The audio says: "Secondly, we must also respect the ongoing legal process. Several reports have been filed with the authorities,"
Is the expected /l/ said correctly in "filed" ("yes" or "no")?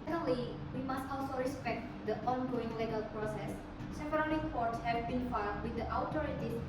no